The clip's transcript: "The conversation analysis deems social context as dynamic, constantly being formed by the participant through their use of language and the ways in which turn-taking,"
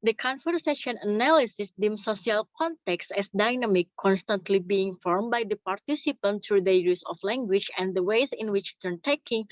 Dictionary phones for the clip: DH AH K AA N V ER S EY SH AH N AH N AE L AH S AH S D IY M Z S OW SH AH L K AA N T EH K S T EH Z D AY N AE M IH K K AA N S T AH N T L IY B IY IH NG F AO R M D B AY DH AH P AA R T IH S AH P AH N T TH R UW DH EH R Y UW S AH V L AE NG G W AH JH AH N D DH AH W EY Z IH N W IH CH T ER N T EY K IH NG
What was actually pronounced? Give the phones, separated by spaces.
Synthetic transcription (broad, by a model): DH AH K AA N F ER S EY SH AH N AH N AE L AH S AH S D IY M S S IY AH L K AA N T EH K S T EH S D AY N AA M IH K K AA N S T AH N T L IY B IY IH NG F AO R M B AY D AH P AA R T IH S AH P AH N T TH R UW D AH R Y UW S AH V L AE NG G W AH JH AH N D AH W EY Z IH N W IH CH T ER N T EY K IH NG